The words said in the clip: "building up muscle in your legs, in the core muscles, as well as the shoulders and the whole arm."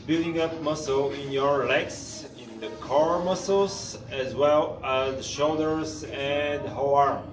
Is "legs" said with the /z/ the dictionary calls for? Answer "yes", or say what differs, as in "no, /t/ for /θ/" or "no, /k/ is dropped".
no, /s/ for /z/